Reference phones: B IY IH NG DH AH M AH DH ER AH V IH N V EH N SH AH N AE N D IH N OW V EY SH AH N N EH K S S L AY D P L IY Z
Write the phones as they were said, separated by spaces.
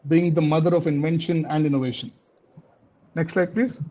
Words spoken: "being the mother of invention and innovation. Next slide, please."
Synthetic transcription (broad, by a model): B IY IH NG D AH M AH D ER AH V IH N V EH N SH AH N AE N D IH N OW V EY SH AH N N EH K S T L AY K P L IY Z